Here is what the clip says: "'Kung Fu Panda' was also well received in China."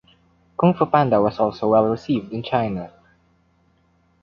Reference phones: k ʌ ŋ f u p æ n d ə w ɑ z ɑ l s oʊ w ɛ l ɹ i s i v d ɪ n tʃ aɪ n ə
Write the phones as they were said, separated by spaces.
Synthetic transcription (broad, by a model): k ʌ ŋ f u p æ n d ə w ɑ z ɑ l s oʊ w ɛ l ɹ i s i v d ɪ n tʃ aɪ n ə